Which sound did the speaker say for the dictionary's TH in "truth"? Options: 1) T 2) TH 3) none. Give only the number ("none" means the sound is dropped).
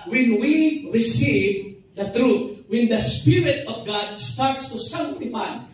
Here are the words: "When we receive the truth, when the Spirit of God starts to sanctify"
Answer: 1